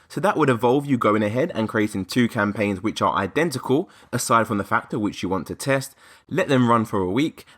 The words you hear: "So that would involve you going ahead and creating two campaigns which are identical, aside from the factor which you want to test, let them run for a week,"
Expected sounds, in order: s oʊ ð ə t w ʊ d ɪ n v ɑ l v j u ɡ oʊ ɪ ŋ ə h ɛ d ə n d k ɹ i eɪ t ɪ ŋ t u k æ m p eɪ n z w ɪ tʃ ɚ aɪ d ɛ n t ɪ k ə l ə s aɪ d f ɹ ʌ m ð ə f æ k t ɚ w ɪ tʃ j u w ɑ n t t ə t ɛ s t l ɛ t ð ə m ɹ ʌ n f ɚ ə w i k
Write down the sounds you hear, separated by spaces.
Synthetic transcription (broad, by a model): s oʊ ð ə t w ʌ d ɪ v ɑ l v j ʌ ɡ oʊ ɪ ŋ ə h ɛ d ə n k ɹ i eɪ t ɪ ŋ t u k æ m p eɪ n z w ɪ tʃ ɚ aɪ d ɛ n t ɪ k ə l ə s aɪ d f ɹ ʌ m ð ə f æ k t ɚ w ɪ tʃ j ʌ w ɑ n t t ə t ɛ s t l ɛ t ð ə m ɹ ʌ n f ɚ ə w i k